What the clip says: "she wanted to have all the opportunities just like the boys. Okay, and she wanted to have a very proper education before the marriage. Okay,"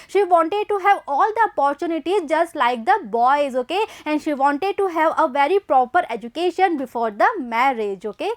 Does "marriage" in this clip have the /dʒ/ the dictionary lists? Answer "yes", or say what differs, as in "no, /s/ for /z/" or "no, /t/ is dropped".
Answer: yes